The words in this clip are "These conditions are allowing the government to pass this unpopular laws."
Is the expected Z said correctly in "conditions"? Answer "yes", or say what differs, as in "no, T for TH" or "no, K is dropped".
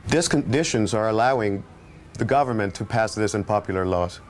yes